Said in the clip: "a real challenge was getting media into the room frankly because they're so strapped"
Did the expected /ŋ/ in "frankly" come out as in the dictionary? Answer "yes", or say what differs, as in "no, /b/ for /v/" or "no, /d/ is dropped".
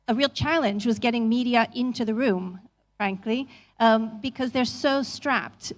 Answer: yes